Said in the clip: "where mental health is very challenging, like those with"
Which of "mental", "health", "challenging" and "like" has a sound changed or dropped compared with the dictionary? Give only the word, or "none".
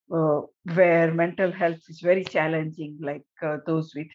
health